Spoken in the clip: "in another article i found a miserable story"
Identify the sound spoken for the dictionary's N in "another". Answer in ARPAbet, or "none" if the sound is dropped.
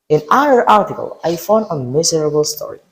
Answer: none